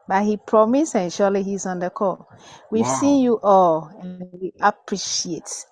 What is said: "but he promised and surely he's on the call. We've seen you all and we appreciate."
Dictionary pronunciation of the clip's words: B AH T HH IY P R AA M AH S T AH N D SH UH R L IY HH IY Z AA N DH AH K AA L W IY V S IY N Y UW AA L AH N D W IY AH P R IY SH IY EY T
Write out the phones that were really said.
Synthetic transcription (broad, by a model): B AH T HH IY P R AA M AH S AH N SH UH L IY HH IY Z AA N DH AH K AA L W IY V S IY N Y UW AA L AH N W IY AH P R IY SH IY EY T